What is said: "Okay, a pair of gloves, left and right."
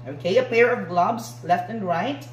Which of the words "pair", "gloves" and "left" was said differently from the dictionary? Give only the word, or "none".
gloves